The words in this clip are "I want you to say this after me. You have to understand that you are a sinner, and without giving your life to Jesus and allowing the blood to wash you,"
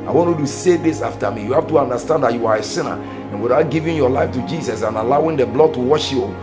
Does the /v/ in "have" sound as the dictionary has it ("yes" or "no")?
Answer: no